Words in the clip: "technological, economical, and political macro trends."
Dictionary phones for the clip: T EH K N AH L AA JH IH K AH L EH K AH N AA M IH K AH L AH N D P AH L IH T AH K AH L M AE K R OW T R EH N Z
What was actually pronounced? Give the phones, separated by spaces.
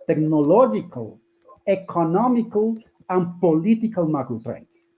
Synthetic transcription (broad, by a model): T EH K N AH L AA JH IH K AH L EH K AH N AA M IH K AH L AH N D P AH L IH T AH K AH L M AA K OW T R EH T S